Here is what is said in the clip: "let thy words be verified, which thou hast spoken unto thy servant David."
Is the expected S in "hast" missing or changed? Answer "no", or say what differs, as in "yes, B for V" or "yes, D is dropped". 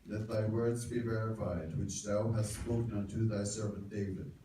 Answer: no